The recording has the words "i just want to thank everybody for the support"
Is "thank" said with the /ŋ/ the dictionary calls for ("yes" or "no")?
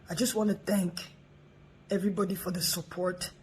yes